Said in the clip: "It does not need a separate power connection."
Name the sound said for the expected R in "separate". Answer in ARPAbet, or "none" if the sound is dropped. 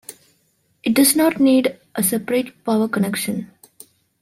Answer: R